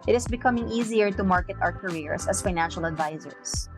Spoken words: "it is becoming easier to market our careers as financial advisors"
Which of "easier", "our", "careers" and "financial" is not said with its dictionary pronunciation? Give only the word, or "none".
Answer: careers